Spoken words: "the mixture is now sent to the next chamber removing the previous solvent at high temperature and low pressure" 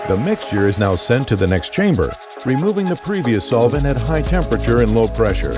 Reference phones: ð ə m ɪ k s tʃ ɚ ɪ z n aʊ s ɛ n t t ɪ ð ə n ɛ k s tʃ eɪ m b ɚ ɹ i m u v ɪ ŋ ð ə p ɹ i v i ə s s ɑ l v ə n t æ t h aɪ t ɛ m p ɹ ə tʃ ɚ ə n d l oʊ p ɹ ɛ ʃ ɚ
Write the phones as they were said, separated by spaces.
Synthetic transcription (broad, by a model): ð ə m ɪ k s tʃ ɚ ɪ z n aʊ s ɛ n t t ɪ ð ə n ɛ k s tʃ eɪ m b ɚ ɹ i m u v ɪ ŋ ð ə p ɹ i v i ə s s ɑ l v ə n æ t h aɪ t ɛ m p ɹ ə tʃ ɚ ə n l oʊ p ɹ ɛ ʃ ɚ